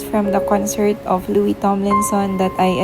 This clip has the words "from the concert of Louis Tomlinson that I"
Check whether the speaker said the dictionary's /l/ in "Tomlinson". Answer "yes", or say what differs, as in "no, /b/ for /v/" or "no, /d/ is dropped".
yes